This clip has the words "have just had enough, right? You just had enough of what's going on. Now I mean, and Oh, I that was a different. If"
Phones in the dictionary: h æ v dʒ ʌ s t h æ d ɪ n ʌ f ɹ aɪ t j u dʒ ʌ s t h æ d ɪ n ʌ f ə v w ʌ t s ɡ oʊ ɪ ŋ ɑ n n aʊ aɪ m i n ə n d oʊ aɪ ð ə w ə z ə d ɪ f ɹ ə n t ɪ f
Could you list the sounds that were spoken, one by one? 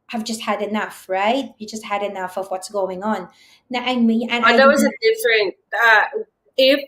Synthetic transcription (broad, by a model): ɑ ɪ v dʒ ʌ s t h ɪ d ɪ n ʌ f ɹ aɪ t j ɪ dʒ ʌ s t h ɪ d ɪ n ʌ f ə v w ʌ t s ɡ oʊ ɪ ŋ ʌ n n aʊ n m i ə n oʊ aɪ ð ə w ə z ə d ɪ f ɹ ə n t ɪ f